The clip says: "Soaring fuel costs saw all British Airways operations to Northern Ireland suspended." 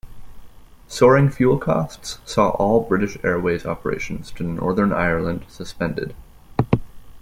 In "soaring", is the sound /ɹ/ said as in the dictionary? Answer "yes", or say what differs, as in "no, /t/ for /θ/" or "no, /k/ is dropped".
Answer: yes